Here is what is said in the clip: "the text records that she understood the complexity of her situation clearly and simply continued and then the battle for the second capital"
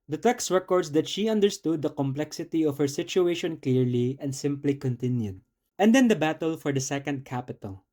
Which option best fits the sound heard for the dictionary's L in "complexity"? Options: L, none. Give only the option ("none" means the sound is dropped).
L